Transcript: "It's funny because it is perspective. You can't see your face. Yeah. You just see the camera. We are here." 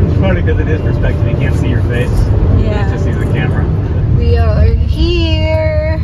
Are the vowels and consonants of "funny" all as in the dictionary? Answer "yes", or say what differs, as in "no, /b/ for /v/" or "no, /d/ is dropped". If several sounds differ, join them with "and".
no, /n/ is dropped